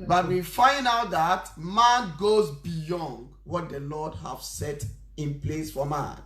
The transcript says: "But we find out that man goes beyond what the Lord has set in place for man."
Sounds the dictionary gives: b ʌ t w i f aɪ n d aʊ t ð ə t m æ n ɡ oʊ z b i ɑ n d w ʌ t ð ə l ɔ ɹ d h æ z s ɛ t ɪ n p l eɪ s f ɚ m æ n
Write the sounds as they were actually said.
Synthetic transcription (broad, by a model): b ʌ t w i f aɪ n d aʊ t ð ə t m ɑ n ɡ oʊ z b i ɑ n d w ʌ t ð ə l ɔ d h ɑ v s ɛ t ɪ n p l eɪ s f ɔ m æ n